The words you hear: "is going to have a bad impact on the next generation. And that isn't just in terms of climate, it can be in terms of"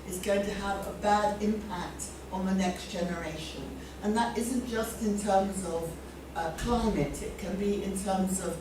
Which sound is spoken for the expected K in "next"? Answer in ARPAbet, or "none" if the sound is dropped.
K